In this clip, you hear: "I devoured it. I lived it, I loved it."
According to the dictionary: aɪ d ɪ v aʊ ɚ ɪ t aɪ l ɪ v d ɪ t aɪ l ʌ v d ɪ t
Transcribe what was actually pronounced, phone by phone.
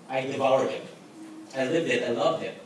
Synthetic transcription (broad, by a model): aɪ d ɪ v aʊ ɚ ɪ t aɪ l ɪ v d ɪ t aɪ l ʌ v ɪ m